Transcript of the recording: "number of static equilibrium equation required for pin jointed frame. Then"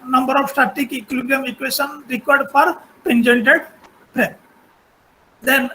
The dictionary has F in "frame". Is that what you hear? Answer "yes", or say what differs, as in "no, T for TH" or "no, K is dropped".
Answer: no, P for F